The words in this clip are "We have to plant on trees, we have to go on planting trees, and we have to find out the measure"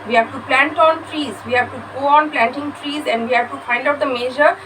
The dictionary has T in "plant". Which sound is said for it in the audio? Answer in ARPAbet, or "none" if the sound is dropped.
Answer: T